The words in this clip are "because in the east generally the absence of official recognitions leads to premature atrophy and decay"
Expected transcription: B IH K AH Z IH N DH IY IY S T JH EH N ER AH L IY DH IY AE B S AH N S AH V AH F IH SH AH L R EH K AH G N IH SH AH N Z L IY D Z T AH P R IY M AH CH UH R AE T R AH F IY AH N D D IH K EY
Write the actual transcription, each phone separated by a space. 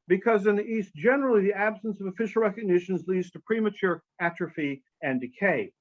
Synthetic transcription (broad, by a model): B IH K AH Z IH N DH IY IY S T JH EH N ER L IY DH IY AE B S AH N S AH V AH F IH SH L R EH K AH G N IH SH AH N Z L IY D Z T AH P R IY M AH CH UH R AE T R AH F IY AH N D D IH K EY